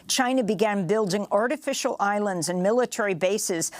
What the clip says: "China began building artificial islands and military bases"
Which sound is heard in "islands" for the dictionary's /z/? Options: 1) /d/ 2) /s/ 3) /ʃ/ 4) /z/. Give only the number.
4